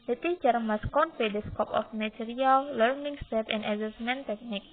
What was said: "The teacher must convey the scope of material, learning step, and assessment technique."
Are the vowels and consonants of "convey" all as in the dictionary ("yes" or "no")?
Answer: no